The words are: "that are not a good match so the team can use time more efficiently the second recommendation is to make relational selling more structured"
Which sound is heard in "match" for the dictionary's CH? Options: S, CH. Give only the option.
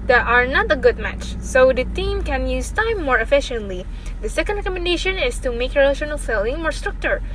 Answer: CH